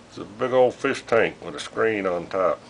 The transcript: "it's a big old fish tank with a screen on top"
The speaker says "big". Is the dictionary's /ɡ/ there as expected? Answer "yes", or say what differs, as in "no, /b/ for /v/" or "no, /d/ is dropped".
yes